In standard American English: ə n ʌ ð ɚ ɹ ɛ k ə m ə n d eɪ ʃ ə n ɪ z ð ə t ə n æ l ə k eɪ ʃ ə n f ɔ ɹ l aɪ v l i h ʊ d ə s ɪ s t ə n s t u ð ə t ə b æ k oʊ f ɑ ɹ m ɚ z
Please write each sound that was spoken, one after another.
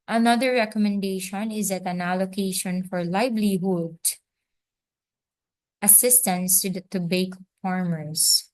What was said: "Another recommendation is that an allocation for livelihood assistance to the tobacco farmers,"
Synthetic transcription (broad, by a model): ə n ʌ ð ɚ ɹ ɛ k ə m ə n d eɪ ʃ ə n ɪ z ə t ə n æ l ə k eɪ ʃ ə n f ɔ ɹ l aɪ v l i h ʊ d ə s ɪ s t ə n s t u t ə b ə ɪ k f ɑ ɹ m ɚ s